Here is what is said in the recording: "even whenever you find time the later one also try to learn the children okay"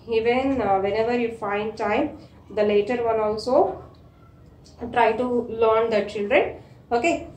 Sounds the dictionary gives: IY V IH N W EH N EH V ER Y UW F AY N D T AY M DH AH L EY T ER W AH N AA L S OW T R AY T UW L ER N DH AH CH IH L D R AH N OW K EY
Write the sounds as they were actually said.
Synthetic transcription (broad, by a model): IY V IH N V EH N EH V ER Y UW F AY N D T AY M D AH L EY T ER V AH L AA L S OW T R AY T UW L ER N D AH CH IH L D R AH N OW K EY